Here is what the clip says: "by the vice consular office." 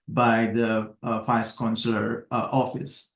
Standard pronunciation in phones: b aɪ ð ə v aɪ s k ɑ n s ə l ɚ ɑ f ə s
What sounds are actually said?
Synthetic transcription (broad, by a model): b aɪ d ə f aɪ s k ɑ n s ə l ɚ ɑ f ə s